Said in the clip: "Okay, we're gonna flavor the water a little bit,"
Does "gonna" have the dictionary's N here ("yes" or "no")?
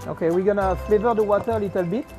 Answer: yes